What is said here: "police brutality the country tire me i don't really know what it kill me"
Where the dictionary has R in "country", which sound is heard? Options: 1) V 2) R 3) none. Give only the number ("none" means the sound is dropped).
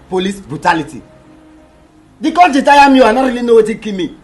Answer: 3